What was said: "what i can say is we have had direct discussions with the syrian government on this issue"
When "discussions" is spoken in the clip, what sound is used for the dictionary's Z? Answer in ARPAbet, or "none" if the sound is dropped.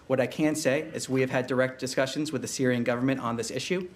Z